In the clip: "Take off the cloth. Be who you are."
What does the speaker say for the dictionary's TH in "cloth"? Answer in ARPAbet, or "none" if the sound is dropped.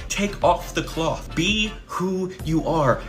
TH